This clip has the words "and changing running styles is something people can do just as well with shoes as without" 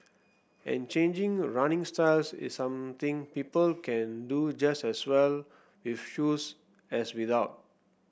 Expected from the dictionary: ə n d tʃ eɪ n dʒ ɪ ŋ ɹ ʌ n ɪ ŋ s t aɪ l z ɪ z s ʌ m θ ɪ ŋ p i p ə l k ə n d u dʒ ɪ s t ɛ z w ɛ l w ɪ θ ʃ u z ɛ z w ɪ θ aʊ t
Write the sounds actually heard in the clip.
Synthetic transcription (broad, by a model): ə n tʃ eɪ n dʒ ɪ ŋ ɹ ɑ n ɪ ŋ s t aɪ l s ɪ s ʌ m t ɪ ŋ p i p ə l k ə n d u dʒ ɪ s t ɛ s w ɛ l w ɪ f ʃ u s ɛ s w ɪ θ aʊ t